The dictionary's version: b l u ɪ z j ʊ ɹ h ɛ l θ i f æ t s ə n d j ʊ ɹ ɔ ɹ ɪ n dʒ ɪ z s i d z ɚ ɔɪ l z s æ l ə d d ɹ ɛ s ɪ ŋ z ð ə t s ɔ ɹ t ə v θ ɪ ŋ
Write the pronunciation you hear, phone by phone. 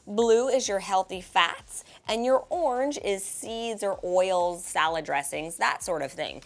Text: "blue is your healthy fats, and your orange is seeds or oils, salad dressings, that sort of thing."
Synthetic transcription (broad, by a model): b l u ɪ z j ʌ ɹ h ɛ l θ i f æ t s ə n j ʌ ɹ ɔ ɹ ɪ n dʒ ɪ z s i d z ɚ ɔɪ l z s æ l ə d d ɹ ɛ s ɪ ŋ z ð ə t s ɔ ɹ t ə v θ ɪ ŋ